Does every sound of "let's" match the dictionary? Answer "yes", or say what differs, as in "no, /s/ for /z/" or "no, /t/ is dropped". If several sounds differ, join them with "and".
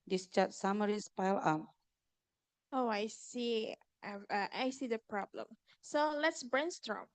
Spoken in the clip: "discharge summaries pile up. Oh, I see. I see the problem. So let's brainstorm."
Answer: yes